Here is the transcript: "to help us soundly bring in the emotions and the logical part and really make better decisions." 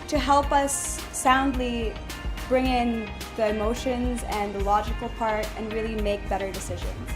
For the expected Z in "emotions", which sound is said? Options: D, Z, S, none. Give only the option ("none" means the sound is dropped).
Z